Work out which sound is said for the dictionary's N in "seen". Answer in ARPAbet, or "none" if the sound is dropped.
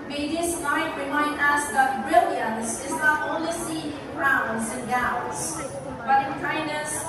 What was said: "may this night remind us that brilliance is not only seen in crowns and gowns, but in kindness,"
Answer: none